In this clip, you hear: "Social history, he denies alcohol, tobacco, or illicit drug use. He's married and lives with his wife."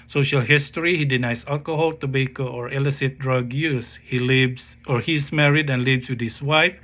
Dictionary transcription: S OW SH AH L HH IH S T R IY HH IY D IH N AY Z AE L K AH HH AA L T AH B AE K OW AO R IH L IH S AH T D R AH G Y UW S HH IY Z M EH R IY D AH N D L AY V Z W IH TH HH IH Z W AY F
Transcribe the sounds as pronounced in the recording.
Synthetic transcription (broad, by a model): S OW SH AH L HH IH S T R IY HH IY D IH N AY S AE L K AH HH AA L T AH B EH K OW AO R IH L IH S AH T D R AH G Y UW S HH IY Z M EH R IY D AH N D L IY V S W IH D HH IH S W AY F